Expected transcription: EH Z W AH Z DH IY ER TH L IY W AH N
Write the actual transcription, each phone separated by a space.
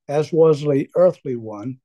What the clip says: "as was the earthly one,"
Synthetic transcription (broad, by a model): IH Z W AH Z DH IY ER TH L IY W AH N